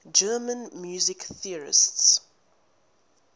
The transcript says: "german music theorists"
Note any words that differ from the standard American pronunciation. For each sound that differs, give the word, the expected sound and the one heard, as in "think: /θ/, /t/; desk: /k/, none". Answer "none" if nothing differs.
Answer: none